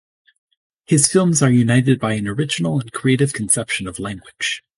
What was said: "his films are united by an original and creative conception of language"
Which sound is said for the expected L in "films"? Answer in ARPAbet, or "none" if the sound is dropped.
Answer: L